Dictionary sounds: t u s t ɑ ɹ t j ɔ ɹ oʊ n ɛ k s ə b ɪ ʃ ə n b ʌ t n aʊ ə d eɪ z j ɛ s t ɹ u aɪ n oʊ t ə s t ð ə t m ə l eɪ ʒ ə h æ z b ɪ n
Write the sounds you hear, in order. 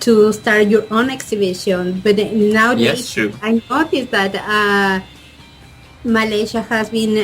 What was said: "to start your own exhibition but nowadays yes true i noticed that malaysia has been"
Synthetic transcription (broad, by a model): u s t ɑ ɹ t j ɔ ɹ oʊ n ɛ k s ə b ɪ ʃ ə n b ʌ t n aʊ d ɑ j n oʊ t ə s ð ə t m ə l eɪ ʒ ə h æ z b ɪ n